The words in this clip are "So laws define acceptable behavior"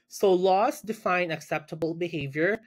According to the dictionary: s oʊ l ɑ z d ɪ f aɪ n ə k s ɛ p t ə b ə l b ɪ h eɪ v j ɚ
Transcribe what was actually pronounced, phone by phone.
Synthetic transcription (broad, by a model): s oʊ l ɑ s d ɪ f aɪ n ə k s ɛ p t ə b ə l b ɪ h eɪ v j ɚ